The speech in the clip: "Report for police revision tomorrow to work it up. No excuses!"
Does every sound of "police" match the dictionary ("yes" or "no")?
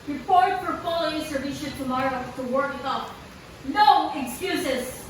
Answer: no